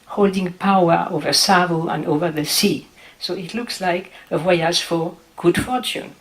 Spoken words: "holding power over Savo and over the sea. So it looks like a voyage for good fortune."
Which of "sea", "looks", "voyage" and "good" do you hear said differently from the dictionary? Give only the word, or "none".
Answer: voyage